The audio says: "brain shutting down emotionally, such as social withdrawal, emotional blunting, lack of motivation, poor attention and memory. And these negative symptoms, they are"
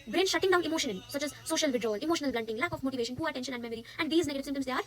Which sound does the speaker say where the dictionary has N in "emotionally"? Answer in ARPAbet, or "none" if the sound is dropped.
none